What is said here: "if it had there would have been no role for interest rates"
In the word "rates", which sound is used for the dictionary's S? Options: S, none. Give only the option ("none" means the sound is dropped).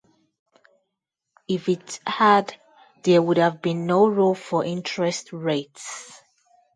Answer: S